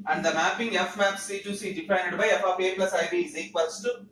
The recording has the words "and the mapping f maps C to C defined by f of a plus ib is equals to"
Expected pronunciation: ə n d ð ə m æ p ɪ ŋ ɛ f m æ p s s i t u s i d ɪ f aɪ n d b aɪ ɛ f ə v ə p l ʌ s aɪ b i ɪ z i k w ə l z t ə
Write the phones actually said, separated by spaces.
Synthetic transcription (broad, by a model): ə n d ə m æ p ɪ ŋ ɛ f m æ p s s i t u s i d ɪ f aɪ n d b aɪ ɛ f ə f ə b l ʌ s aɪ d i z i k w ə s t